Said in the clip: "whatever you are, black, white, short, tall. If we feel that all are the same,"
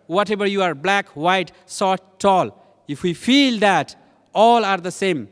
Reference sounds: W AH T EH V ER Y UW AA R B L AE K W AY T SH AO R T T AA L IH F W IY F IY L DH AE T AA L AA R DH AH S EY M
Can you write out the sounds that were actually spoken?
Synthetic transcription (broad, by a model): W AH T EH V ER Y UW AA R B L AE K W AY T S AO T T AA L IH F W IY F IY L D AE T AA L AA R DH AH S EY M